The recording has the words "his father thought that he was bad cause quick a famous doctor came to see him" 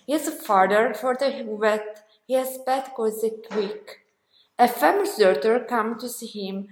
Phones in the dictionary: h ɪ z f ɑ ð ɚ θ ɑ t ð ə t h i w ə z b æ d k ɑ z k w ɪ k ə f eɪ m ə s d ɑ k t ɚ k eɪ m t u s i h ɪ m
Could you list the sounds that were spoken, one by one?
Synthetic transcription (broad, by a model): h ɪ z f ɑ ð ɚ f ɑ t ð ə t h i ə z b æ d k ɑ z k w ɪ k ə f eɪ m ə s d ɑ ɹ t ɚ k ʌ m t u s i h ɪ m